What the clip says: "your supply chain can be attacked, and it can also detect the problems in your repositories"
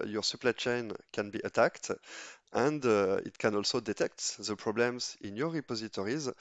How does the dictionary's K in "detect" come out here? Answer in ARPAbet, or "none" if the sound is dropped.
K